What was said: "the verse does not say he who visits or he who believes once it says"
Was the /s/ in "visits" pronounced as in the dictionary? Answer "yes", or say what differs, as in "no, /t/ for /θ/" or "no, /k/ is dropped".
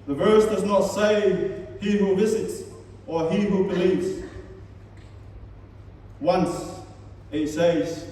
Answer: yes